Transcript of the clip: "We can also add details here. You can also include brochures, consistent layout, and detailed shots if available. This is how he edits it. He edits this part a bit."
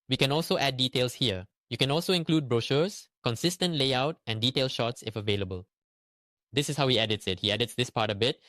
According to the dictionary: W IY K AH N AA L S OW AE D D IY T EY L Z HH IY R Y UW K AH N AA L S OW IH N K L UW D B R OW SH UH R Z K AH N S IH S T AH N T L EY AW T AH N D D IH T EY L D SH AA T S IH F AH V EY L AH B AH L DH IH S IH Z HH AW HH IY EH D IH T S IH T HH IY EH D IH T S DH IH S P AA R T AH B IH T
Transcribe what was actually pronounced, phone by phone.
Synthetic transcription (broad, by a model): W IY K AH N AA L S OW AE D D IY T EY L S HH IY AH Y UW K AH N AA L S OW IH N K L UW D B R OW SH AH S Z K AH N S IH S T AH N T L EY AW T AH N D D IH T EY L SH AA T S IH F AH V EY L AH B AH L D IH S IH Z HH AW HH IY EH D IH T S IH T HH IY EH D IH T S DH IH S P AA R T AH B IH T